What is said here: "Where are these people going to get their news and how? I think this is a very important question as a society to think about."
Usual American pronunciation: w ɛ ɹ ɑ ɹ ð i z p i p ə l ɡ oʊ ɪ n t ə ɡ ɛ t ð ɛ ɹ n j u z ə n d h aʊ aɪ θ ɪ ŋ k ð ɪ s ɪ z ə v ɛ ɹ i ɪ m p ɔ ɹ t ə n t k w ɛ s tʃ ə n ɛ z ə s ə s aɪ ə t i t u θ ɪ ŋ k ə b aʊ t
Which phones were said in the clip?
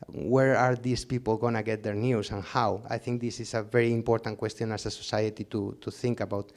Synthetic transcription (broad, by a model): w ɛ ɹ ɑ ɹ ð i s p i p ə l ɡ oʊ n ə ɡ ɛ t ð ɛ ɹ n j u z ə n h aʊ aɪ θ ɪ ŋ k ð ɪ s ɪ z ə v ɛ ɹ i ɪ m p ɔ ɹ t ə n k w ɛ s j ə n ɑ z ə s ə s aɪ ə t i t u θ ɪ ŋ k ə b aʊ t